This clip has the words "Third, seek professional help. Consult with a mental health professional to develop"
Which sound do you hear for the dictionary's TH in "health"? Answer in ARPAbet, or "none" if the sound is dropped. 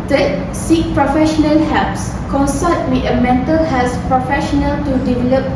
S